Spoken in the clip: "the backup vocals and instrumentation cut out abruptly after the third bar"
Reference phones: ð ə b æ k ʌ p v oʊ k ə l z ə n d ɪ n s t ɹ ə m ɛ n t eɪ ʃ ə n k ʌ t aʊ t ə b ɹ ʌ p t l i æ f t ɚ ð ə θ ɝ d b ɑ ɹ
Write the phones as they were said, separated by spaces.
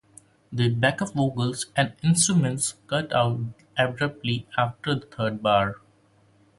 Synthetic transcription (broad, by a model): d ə b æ k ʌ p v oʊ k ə l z ə n d ɪ n s t ɹ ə m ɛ n t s k ʌ t aʊ t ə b ɹ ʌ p t l i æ f t ɚ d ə t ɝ d b ɑ ɹ